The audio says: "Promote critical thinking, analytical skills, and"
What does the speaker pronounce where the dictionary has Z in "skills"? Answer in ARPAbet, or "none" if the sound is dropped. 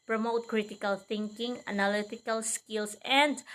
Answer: S